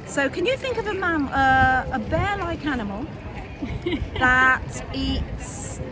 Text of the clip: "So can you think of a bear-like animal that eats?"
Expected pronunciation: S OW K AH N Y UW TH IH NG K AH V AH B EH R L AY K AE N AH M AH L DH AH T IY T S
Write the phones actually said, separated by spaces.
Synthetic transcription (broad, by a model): S OW K AH N Y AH TH IH NG K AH V AH B EH L AY K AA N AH M AH L DH AH T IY T S